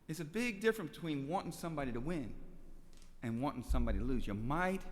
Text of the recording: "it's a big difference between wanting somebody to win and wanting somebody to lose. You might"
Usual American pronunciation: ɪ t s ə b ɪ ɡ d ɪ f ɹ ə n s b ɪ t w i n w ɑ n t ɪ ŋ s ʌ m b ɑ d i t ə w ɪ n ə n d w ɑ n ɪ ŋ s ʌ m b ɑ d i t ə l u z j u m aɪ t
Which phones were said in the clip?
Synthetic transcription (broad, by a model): ɪ t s ə b ɪ ɡ d ɪ f ɹ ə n b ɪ t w i n w ɑ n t ɪ ŋ s ʌ m b ɑ d i t ə w ɪ n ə n w ɑ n ɪ ŋ s ʌ m b ɑ d i t ə l u z j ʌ m aɪ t